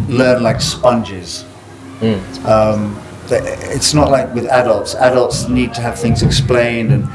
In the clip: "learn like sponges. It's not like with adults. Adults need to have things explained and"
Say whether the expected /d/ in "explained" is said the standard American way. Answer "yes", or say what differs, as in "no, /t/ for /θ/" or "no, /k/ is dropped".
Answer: yes